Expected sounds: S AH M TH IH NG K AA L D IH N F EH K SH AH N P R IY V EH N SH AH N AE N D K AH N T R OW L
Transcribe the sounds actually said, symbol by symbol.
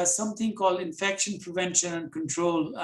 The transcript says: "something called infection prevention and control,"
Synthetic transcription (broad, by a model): S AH M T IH NG K AA L D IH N F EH K SH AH N P R IY V EH N SH AH N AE N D K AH N T R OW L